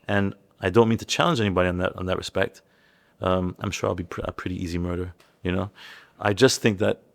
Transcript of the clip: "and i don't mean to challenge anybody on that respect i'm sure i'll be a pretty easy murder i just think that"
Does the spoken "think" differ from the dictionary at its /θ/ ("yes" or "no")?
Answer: no